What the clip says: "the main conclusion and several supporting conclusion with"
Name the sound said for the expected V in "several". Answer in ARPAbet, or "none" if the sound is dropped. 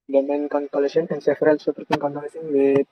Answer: F